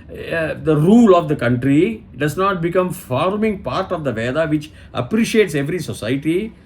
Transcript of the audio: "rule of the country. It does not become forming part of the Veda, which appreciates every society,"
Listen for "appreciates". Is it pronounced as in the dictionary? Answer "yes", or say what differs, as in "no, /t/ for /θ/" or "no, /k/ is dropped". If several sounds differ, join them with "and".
yes